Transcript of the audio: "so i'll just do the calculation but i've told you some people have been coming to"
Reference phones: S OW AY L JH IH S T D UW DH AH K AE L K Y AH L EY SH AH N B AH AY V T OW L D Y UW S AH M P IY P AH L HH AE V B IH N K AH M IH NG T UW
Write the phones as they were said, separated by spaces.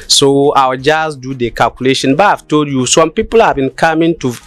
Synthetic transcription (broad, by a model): S OW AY W JH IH S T D UW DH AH K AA L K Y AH L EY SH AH N B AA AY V T OW L D Y UW S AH M P IY P AH L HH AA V B IH N K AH M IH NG T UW